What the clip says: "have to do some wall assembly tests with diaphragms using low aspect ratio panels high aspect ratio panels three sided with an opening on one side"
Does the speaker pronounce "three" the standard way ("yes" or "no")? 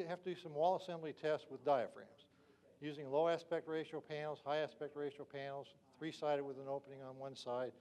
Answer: yes